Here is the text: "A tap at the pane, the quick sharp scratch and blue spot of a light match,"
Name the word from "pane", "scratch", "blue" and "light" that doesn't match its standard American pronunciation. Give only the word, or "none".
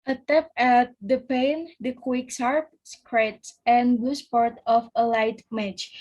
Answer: scratch